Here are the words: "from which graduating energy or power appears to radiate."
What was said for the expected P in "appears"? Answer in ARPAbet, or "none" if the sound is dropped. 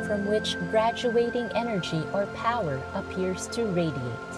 P